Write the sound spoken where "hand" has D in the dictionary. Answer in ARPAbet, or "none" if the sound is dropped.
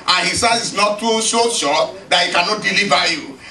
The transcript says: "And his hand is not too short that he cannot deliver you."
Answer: none